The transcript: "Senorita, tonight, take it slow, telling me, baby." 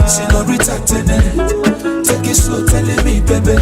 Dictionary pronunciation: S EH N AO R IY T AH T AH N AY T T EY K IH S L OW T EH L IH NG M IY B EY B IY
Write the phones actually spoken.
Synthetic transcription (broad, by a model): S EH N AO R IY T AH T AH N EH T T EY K IH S OW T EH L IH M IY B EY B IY